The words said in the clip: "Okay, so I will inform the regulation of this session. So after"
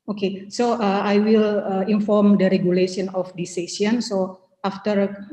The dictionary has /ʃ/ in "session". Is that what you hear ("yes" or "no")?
no